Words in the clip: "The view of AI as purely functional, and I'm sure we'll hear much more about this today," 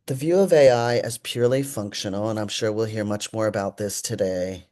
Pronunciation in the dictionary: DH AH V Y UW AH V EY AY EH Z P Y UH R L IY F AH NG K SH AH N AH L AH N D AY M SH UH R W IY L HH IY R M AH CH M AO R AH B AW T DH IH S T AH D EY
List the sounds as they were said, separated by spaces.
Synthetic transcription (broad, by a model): DH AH V Y UW AH V EY AY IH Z P Y UH R L IY F AH NG K SH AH N L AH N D AY M SH UH R W IY L HH IY R M AH CH M AO R AH B AW T DH IH S T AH D EY